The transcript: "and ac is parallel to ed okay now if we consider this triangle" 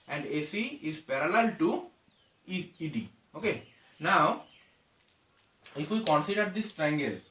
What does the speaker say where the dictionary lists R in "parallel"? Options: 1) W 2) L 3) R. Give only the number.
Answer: 3